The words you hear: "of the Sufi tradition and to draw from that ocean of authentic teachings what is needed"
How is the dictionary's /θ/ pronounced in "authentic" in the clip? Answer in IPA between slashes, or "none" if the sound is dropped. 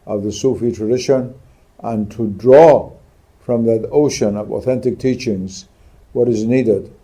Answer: /θ/